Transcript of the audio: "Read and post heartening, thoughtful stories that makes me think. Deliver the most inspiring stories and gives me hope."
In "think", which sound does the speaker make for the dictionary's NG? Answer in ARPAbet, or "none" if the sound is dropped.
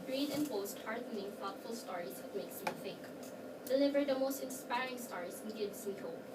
none